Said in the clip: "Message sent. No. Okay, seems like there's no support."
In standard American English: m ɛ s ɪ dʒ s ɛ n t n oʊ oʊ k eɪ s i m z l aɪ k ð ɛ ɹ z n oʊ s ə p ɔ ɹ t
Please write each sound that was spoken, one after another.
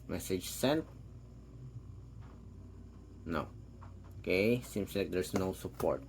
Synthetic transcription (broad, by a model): m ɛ s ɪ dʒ s ɛ n t n oʊ oʊ k eɪ s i m s l aɪ k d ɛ ɹ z n oʊ s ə p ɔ ɹ t